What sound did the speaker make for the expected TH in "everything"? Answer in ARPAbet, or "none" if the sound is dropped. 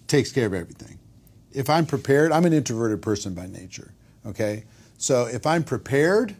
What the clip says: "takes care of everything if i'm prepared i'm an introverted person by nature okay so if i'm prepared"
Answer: TH